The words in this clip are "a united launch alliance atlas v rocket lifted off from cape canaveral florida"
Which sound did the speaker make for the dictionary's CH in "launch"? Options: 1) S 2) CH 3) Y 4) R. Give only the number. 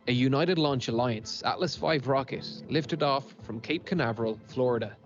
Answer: 2